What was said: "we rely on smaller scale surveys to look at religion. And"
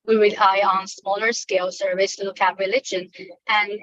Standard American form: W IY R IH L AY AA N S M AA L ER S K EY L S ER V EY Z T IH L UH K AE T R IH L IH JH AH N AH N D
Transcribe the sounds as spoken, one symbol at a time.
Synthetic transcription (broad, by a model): W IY W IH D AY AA N S M AA L ER S K EY L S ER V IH S T IH L UH K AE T R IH L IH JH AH N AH N